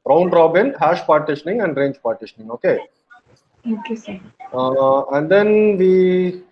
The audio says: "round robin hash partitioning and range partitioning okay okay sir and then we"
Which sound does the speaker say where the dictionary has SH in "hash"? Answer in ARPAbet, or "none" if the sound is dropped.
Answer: SH